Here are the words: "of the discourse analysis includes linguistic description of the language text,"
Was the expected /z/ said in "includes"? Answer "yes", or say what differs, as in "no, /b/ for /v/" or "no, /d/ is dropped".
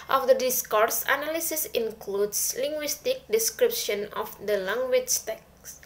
no, /s/ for /z/